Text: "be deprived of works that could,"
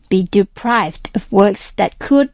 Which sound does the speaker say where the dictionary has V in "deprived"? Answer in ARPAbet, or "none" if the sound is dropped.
V